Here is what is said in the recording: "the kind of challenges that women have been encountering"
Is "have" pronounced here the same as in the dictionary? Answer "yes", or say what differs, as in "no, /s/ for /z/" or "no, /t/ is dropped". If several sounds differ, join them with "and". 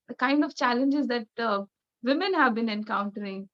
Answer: yes